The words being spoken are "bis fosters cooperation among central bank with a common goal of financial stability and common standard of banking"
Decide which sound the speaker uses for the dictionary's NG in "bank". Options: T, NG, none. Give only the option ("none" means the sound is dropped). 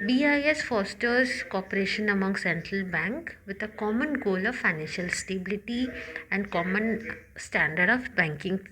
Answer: NG